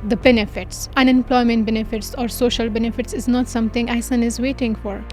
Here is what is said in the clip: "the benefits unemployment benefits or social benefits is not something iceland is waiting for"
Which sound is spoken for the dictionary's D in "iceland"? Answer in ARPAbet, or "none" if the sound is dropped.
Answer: none